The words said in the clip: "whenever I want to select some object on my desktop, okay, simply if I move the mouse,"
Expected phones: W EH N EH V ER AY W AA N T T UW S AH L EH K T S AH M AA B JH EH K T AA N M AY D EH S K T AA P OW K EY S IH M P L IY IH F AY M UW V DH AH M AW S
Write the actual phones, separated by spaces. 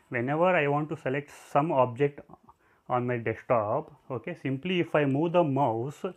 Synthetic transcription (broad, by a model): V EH N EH V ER AY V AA N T T UW S AH L EH K T S AH M AA B JH EH K T AA N M AY D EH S T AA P OW K EY S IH M P L IY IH F AY M UW V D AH M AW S